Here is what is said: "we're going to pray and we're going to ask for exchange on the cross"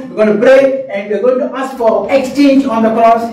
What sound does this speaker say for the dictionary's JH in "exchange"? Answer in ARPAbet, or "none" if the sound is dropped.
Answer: JH